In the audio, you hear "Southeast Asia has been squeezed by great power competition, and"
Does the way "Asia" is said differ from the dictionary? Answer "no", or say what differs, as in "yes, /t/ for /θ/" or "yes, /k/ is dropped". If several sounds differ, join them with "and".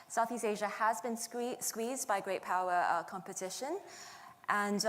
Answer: no